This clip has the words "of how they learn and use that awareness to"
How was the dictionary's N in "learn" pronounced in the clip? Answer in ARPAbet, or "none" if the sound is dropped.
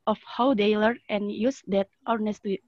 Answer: none